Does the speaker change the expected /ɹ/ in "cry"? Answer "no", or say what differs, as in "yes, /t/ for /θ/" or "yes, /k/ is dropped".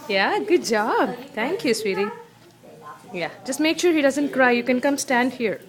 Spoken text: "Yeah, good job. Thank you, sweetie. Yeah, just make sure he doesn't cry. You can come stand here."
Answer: no